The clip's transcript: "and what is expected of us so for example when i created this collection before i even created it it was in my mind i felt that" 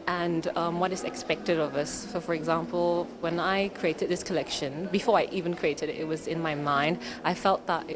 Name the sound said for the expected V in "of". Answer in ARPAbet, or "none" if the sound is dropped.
V